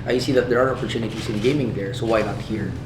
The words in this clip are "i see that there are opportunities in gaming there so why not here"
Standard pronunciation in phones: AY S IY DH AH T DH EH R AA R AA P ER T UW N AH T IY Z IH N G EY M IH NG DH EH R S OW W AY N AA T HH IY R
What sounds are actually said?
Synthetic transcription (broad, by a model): AY S IY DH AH T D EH R AA R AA P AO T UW N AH T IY S IH N G EY M IH NG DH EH R S OW W AY N AA T HH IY R